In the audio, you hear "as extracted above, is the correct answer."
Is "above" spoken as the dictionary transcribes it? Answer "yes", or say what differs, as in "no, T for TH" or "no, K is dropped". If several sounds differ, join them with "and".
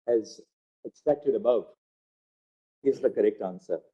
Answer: yes